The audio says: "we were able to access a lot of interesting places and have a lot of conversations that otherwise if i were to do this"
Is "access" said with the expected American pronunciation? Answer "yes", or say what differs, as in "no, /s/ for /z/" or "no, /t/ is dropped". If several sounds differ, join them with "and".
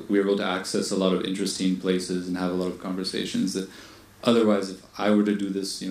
yes